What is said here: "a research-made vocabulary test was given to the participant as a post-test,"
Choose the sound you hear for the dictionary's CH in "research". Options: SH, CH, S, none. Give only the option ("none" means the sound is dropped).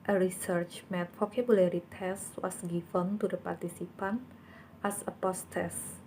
CH